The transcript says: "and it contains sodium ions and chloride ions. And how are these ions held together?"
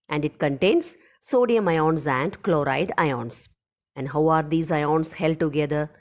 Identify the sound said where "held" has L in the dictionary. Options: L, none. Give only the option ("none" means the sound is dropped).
L